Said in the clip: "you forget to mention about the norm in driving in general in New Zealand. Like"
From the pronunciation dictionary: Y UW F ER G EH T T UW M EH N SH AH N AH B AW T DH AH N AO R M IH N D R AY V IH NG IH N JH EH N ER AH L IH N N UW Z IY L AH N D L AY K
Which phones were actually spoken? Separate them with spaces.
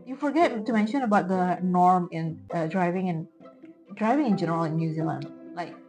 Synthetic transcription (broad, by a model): Y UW F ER G EH T T UW M EH N SH AH N AH B AW T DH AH N AO R M IH N D R AY V IH NG IH N JH EH N ER AH L IH N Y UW Z IY L AH N D L AY K